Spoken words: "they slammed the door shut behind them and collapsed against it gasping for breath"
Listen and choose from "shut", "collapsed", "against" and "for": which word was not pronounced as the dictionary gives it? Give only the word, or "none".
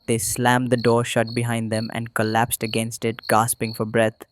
none